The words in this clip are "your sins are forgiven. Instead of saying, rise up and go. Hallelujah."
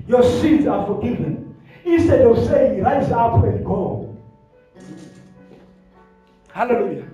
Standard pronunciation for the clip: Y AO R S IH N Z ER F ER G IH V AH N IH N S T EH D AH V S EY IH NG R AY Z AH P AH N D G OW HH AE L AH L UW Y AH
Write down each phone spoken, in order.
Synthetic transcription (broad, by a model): Y AO S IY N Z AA F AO G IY V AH N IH S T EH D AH S EY IH NG R AY Z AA P AH N D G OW HH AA L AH L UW Y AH